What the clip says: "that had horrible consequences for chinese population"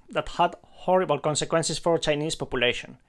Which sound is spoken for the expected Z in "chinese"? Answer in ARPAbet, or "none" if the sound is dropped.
S